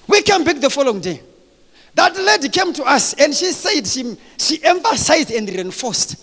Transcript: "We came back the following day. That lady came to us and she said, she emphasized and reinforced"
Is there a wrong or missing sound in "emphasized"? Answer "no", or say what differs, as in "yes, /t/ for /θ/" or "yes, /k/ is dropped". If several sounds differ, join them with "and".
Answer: no